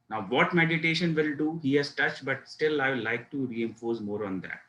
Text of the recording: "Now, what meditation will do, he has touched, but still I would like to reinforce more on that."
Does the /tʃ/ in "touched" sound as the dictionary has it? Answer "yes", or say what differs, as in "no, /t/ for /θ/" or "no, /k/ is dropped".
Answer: yes